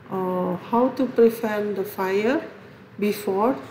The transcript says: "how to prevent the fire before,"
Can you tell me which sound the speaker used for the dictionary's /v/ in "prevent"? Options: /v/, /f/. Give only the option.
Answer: /f/